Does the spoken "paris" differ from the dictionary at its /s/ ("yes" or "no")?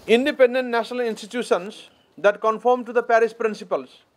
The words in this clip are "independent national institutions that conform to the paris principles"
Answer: yes